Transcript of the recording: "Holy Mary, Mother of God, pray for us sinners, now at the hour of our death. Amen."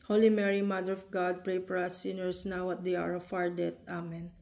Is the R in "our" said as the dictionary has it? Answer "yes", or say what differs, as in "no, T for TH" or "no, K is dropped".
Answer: yes